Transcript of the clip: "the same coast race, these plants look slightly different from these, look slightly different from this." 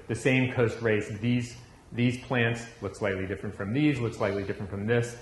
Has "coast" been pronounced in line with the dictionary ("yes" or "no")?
yes